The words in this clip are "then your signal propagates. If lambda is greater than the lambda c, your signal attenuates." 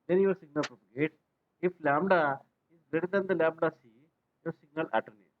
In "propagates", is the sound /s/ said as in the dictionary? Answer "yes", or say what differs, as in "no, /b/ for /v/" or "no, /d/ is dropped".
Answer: no, /s/ is dropped